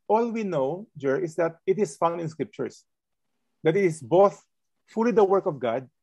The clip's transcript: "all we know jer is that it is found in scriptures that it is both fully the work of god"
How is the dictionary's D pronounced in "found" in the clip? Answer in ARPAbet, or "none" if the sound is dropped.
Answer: none